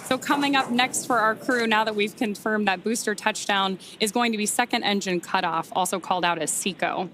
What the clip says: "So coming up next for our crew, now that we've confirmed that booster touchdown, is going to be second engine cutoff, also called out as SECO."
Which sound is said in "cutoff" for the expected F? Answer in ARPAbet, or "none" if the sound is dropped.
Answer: F